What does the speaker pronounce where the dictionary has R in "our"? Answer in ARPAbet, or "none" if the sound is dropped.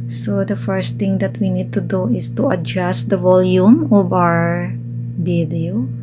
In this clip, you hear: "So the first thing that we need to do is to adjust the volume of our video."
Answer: R